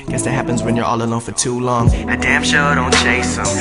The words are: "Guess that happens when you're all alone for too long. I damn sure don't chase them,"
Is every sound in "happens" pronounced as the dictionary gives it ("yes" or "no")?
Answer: yes